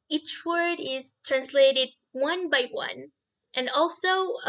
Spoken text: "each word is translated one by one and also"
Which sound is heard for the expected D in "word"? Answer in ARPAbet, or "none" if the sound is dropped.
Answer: D